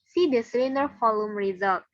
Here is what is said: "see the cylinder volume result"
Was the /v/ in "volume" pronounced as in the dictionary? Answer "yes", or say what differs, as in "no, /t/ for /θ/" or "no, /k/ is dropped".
no, /f/ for /v/